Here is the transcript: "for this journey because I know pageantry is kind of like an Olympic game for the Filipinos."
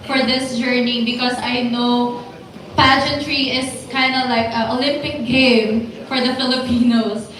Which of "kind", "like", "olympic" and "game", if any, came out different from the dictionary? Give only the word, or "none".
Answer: none